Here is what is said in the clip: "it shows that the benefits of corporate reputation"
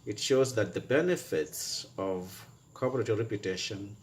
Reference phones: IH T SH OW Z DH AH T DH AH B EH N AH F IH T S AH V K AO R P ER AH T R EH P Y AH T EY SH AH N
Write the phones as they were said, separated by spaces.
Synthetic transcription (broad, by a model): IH T SH OW Z DH AH T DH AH B EH N AH F IH T S AH V K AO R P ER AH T R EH P Y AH T EY SH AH N